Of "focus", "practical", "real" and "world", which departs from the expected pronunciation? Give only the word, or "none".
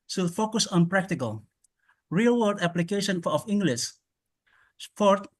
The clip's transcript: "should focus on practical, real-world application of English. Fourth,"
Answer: world